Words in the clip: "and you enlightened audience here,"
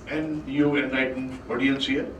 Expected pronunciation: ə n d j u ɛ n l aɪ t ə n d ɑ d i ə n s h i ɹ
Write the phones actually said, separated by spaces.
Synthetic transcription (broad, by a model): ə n j u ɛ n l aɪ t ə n ɑ d i ə n s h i